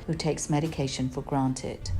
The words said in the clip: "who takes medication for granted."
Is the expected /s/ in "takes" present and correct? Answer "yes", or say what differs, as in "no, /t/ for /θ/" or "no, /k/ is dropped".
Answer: yes